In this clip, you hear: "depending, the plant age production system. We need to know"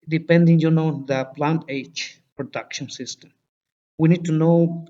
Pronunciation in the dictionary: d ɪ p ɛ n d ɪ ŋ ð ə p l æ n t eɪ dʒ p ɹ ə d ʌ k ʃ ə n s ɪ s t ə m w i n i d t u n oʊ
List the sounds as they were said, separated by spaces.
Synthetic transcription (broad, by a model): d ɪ p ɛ n d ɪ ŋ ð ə p l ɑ n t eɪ tʃ p ɹ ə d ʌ k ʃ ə n s ɪ s t ə m w i n i d t u n oʊ